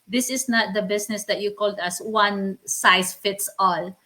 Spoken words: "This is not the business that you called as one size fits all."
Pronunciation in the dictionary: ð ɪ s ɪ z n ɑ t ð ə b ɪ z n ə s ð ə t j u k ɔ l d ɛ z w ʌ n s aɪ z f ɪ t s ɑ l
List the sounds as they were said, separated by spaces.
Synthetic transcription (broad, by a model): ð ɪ s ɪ s n ɑ t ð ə b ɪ s n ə s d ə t j u k ɔ l d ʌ s w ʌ n s aɪ s f ɪ t s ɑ l